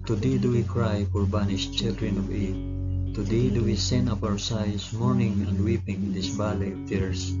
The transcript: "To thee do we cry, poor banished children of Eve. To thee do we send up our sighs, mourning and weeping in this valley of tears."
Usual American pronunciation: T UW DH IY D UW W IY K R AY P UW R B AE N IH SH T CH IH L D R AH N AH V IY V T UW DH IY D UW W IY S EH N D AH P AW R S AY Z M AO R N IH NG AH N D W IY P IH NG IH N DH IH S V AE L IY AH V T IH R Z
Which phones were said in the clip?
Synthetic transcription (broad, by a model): T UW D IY D UW W IY K R AY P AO R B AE N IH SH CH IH L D R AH N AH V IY T UW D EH D UW W IY S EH N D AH P AW R S AY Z M AO R N IH NG AH N D W IY P IH NG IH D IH S B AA L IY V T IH R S